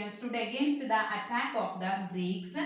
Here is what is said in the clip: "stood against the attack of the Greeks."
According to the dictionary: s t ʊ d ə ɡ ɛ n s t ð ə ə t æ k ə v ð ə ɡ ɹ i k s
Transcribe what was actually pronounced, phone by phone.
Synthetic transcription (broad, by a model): s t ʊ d ə ɡ ɛ n s t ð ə ə t æ k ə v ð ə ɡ ɹ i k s